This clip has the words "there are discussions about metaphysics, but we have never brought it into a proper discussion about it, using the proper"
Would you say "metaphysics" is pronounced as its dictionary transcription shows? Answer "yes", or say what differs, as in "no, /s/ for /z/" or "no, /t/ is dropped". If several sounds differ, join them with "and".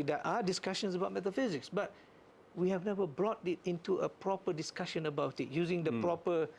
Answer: yes